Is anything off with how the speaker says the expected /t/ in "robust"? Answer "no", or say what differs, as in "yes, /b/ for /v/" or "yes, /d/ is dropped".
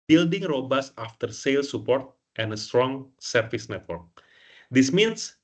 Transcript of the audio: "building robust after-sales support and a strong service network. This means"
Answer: yes, /t/ is dropped